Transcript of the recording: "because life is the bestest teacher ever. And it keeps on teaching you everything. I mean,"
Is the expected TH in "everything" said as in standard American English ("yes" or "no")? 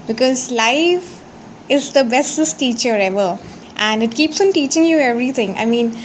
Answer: no